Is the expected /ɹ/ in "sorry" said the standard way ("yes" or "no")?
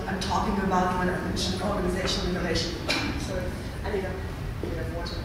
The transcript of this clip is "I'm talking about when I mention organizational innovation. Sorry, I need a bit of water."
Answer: no